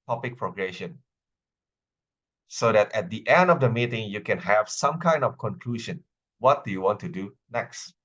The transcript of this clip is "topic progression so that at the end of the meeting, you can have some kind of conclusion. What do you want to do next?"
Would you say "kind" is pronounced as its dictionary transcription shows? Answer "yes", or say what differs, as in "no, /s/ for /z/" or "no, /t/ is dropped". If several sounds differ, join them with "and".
yes